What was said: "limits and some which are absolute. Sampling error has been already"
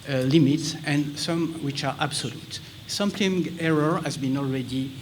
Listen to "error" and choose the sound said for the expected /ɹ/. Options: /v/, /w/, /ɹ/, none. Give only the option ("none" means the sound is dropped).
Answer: /ɹ/